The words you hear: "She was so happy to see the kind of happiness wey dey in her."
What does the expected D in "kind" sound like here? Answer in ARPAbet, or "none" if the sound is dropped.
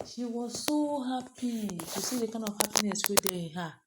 none